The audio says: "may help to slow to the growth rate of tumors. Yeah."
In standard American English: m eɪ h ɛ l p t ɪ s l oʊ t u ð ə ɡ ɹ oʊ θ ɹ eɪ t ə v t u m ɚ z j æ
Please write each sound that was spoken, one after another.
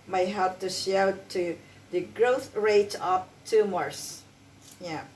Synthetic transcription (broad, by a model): m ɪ h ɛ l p t ɪ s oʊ t u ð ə ɡ ɹ oʊ θ ɹ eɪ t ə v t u m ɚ s j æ